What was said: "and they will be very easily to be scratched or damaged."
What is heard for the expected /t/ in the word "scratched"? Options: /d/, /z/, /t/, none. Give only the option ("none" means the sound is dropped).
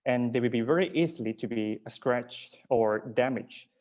none